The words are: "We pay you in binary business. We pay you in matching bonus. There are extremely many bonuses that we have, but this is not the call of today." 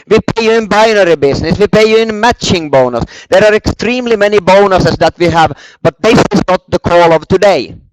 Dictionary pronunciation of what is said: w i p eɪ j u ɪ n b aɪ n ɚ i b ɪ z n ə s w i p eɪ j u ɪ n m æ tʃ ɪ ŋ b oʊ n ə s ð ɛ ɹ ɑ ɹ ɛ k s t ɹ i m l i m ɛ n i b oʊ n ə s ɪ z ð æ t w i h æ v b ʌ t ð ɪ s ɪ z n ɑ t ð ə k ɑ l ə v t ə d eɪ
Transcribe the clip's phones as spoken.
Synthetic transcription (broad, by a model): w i p eɪ j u ɪ n b aɪ n ɚ i b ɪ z n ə s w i p eɪ j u ɪ n m æ tʃ ɪ ŋ b oʊ n ə s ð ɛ ɹ ɑ ɹ ɛ k s t ɹ i m l i m ɛ n i b oʊ n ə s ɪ s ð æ t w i h æ v b ʌ t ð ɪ s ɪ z n ɑ t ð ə k ɑ l ə v t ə d eɪ